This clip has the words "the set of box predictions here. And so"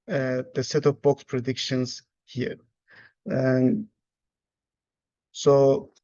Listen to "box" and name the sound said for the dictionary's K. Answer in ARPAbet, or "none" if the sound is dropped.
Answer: K